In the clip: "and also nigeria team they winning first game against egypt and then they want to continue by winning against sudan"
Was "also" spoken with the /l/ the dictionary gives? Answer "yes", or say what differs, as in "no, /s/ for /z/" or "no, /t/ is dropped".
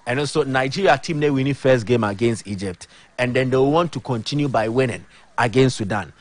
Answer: no, /l/ is dropped